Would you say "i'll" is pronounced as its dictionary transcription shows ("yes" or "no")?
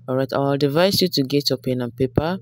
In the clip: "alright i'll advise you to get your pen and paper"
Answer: no